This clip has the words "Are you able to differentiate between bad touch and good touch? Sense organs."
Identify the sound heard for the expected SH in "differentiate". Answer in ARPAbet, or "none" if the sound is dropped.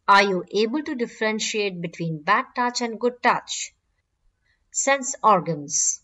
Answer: SH